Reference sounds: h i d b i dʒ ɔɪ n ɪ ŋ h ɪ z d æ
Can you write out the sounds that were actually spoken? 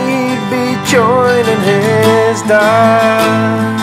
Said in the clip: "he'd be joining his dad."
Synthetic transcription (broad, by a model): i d b i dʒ ɔɪ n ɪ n h ɪ z d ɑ